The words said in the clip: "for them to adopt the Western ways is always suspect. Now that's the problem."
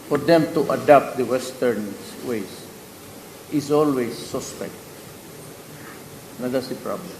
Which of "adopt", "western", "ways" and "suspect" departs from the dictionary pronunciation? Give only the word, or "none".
ways